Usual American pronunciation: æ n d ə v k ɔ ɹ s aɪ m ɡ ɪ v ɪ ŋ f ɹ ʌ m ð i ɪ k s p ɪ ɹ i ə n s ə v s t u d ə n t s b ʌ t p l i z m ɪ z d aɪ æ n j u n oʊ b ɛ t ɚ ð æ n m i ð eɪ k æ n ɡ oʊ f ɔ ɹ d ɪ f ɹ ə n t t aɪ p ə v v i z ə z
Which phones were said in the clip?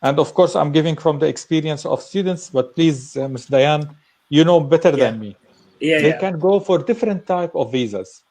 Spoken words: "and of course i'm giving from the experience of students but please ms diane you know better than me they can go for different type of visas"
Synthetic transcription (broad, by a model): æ n d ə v k ɔ ɹ s aɪ m ɡ ɪ v ɪ ŋ f ɹ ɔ m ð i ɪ k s p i ɹ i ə n s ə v s t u d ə n t s b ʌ t p l i z m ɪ s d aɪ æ n j u n oʊ b ɛ t ɚ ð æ n m i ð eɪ k æ n ɡ oʊ f ɔ ɹ d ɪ f ɹ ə n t t aɪ p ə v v i z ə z